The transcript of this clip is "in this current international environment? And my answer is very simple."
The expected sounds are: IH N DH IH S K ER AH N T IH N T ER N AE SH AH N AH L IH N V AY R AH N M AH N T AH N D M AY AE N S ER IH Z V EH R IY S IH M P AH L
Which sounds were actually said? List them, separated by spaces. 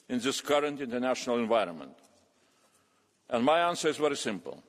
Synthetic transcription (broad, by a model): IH N DH IH S K ER AH N T IH N T ER N AE SH AH N AH L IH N V AY R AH N M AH N T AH N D M AY AE N S ER IH Z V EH R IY S IH M P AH L